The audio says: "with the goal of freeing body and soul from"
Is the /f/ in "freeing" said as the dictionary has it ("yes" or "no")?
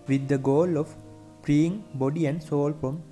no